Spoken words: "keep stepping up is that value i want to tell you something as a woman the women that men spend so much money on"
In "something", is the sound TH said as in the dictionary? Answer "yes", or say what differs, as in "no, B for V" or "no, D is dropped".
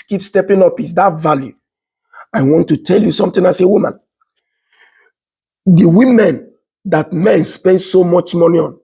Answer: no, T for TH